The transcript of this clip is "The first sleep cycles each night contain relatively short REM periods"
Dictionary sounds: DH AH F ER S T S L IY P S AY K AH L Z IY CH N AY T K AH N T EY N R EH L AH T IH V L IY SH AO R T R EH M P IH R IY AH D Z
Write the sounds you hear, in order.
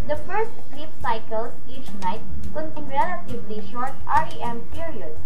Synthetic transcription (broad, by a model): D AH F ER S T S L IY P S AY K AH L S IY CH N AY T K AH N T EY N R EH L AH T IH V L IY SH AO R T R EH M P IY R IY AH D